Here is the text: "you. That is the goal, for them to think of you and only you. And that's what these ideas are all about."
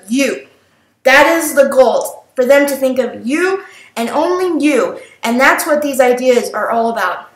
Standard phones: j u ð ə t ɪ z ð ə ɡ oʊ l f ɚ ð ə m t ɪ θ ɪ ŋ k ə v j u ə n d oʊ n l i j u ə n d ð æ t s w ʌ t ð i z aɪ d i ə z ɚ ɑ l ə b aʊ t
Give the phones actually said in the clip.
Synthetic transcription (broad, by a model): j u ð ə t ɪ z ð ə ɡ oʊ l f ɚ ð ə m t ɪ θ ɪ ŋ k ə v j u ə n oʊ n l i j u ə n ð æ t s w ʌ t ð i z aɪ d i ə z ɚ ɑ l ə b aʊ t